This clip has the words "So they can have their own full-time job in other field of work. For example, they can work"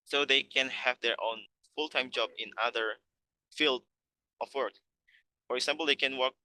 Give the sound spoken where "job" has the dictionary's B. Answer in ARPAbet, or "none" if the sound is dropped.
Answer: B